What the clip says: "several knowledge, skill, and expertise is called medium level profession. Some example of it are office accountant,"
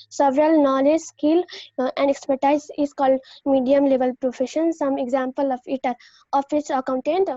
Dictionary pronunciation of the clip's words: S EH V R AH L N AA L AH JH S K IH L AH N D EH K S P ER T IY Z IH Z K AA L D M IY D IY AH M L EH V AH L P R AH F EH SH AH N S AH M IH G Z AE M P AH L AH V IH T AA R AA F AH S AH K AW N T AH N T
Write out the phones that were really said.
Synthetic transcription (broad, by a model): S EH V R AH L N AA L AH JH S K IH L AH N D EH K S P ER T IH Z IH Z K AA L D M IY D IY AH M L EH V AH L P R AH F EH SH AH N S AH M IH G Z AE M P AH L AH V IH T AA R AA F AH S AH K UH N T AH N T